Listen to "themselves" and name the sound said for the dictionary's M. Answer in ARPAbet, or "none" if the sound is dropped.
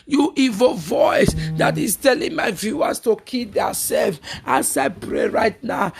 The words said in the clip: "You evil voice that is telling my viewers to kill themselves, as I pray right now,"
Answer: none